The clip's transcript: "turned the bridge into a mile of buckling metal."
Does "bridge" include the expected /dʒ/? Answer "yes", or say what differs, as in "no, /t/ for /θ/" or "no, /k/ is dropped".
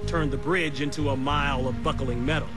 yes